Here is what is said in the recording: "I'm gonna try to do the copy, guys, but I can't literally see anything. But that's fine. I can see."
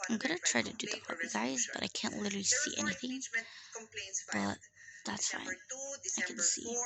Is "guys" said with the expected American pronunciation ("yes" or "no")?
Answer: yes